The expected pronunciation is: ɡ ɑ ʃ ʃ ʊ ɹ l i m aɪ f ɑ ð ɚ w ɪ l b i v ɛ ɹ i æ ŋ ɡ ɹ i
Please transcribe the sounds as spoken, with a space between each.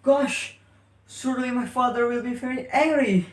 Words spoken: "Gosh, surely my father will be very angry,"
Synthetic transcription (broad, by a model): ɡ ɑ ʃ s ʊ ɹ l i m aɪ f ɑ ð ɚ w ɪ l b i v ɛ ɹ i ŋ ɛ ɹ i